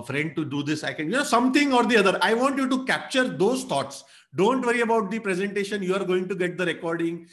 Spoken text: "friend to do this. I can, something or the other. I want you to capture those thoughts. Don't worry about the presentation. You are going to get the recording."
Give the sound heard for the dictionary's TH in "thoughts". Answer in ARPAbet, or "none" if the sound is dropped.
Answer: T